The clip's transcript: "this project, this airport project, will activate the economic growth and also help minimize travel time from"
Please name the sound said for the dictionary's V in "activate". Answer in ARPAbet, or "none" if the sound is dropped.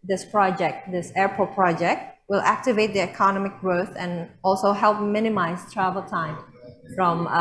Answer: V